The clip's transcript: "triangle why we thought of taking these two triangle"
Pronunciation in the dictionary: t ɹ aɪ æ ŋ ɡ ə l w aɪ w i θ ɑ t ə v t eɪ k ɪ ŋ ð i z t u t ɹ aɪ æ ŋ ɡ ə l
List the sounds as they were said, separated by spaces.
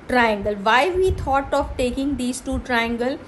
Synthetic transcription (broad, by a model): t ɹ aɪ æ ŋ ɡ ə l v aɪ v i t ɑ t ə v t eɪ k ɪ ŋ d i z t u t ɹ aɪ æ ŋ ɡ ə l